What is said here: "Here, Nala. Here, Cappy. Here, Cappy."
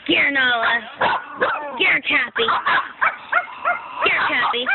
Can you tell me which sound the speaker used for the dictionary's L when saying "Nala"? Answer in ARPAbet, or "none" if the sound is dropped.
L